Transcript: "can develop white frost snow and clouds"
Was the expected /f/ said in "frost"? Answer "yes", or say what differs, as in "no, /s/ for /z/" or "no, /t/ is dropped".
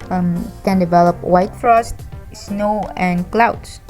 yes